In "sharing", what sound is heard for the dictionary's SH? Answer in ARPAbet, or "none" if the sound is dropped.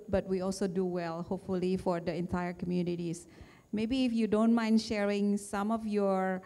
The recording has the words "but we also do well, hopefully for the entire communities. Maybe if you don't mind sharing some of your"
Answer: SH